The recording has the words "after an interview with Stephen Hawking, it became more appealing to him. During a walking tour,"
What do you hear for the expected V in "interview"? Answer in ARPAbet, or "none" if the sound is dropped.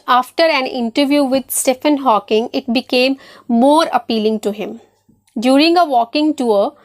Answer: V